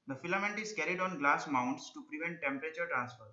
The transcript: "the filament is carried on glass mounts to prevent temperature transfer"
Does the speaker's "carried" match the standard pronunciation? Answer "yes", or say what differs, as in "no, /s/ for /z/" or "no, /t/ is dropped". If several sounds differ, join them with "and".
yes